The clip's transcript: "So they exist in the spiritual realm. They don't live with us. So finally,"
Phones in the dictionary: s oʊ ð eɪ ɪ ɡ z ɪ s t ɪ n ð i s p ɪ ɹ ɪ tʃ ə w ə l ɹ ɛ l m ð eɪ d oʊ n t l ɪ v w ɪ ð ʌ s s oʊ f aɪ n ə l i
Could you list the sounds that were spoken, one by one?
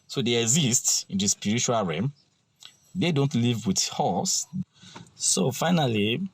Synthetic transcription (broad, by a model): s oʊ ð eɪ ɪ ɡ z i s t ɪ n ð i s p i ɹ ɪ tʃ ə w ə l ɹ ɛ m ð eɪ d oʊ n t l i v w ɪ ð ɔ s s oʊ f aɪ n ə l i